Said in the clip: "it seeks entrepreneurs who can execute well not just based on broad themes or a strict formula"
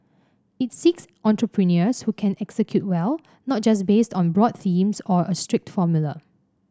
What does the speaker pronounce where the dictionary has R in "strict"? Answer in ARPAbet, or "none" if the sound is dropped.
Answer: R